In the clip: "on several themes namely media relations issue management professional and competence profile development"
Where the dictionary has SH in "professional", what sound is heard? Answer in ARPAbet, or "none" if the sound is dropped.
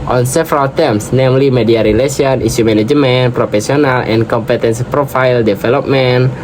S